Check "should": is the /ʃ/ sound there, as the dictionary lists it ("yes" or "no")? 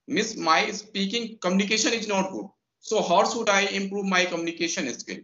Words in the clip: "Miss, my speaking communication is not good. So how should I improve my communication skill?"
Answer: no